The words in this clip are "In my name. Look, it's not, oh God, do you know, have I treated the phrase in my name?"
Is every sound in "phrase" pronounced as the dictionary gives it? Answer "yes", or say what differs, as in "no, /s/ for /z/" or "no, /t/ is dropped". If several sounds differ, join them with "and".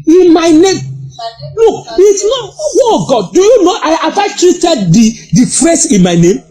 no, /s/ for /z/